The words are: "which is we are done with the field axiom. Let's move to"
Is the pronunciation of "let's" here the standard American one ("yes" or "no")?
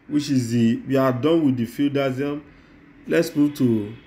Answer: yes